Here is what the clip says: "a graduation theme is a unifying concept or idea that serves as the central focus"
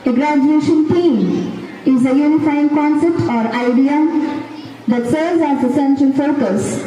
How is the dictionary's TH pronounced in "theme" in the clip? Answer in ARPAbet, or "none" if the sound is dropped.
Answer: T